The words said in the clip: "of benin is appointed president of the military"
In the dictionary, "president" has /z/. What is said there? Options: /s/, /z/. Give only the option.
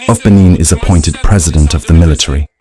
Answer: /z/